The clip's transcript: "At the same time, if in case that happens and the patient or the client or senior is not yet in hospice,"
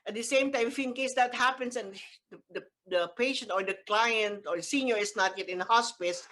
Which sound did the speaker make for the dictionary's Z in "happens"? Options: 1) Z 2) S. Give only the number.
2